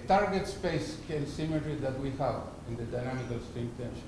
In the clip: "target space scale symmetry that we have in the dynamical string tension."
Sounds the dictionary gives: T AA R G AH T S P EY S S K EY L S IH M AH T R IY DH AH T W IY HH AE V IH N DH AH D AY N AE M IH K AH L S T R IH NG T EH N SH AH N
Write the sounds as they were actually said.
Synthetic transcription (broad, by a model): T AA R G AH T S P EY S S K EY L S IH M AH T R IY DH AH T W IY HH AE V IH N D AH D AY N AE M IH K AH L S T IH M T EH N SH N